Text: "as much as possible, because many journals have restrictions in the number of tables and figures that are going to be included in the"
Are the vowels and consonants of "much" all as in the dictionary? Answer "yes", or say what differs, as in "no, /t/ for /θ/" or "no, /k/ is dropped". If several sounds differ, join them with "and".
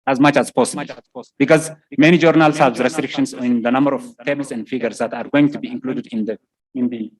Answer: yes